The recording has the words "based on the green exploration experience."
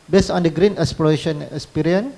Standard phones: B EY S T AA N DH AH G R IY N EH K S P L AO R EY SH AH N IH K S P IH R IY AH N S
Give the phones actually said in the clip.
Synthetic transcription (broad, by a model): B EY S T AA N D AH G R IY N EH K S P AO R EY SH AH N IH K S P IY R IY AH N